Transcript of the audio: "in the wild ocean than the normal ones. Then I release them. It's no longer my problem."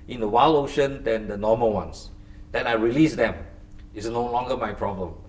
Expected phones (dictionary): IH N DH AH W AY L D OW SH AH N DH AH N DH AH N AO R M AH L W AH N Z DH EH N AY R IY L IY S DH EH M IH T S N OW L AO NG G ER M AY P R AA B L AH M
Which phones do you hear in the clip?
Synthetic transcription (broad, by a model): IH N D AH W AY L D OW SH AH N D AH N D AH N AO M AH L W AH N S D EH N AY R IY L IY S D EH M IH T S N OW L AO NG G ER M AY P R AA B L AH M